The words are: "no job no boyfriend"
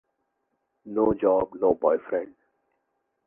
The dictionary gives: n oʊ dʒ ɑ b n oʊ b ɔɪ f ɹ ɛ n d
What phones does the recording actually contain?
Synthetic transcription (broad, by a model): n oʊ dʒ ɑ b n oʊ b ɔɪ f ɹ ɛ n d